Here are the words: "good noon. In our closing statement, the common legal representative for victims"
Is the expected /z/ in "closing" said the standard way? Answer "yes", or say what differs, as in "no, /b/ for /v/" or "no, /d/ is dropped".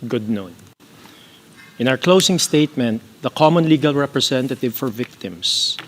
no, /s/ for /z/